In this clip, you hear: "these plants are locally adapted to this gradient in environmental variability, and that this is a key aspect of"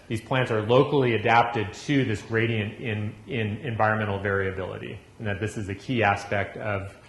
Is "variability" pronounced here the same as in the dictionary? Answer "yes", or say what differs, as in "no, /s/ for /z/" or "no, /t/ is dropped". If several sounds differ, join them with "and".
yes